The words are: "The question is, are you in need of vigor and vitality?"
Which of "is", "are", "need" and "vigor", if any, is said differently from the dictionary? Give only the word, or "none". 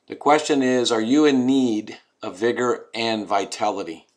none